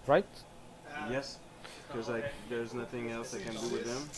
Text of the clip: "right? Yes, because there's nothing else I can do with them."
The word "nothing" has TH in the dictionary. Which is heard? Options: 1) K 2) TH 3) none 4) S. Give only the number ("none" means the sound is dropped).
2